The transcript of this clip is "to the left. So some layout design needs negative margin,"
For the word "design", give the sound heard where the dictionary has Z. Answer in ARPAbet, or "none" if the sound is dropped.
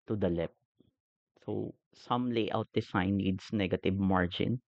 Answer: S